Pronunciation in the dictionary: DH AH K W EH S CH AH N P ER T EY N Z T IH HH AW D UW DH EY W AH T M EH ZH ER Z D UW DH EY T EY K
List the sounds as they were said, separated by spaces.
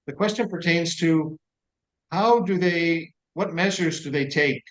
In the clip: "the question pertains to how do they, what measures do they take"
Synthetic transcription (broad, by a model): DH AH K W EH S CH AH N P ER T EY N Z T IH HH AW D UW DH EY W AH T M EH ZH ER Z D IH DH EY T EY K